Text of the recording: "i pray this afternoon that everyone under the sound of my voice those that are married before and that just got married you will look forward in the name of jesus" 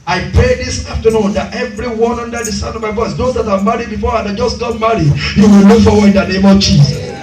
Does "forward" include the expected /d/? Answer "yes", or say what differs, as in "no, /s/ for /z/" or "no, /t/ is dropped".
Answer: no, /d/ is dropped